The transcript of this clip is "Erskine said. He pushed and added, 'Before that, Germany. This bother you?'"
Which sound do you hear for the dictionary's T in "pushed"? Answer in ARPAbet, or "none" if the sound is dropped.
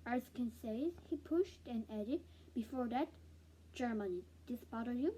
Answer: T